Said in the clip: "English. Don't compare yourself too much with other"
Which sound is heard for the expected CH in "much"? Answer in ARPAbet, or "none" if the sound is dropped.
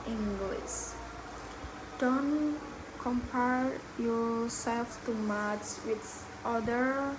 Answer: S